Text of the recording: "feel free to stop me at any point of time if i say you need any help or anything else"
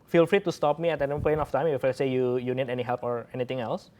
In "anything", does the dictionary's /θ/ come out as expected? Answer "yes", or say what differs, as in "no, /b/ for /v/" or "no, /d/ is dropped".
no, /t/ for /θ/